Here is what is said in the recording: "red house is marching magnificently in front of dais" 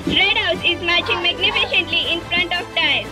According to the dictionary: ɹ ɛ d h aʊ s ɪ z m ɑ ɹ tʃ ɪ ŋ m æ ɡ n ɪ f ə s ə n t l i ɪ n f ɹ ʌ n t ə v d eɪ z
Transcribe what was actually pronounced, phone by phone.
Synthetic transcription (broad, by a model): ɹ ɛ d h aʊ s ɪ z m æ ɹ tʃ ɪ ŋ m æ ɡ n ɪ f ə ʃ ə n t l i ɪ n f ɹ ʌ n t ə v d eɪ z